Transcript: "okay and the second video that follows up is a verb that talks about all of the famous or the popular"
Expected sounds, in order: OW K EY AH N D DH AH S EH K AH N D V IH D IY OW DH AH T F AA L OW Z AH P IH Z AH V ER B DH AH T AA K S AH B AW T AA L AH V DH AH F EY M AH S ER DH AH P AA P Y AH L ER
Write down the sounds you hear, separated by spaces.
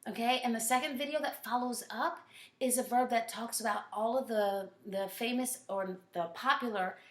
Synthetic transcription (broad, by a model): OW K EY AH N DH AH S EH K AH N D V IH D IY OW DH AH T F AA L OW Z AH P IH Z AH V ER B DH AH T AA K S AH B AW T AA L AH V DH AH F EY M AH S ER DH AH P AA P Y L ER